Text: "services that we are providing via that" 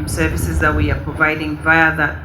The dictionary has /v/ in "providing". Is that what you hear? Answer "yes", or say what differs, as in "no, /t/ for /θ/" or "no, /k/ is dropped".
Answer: yes